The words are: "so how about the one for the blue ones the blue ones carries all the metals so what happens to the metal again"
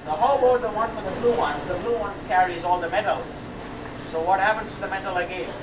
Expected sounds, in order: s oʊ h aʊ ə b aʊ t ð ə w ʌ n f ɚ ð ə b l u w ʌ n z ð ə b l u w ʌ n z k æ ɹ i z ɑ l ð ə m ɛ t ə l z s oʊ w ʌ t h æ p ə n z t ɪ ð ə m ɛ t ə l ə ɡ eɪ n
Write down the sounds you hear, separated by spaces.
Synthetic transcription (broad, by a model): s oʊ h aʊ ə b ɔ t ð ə w ʌ n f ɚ ð ə b l u w ʌ n z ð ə b l u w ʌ n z k æ ɹ i z ɑ l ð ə m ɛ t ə l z s oʊ w ʌ t h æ p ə n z t ɪ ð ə m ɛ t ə l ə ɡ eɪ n